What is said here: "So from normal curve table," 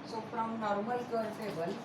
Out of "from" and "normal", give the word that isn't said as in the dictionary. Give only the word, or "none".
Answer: from